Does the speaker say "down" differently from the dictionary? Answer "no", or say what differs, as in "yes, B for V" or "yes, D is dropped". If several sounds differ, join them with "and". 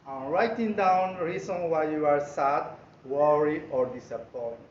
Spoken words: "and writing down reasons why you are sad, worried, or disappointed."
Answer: no